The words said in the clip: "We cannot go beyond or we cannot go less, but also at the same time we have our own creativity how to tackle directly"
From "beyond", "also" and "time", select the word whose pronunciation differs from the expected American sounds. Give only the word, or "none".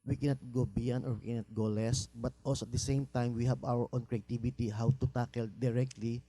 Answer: beyond